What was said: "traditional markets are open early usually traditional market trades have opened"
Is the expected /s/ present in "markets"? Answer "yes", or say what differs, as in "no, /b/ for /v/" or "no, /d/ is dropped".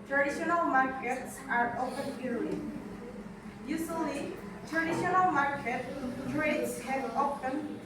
yes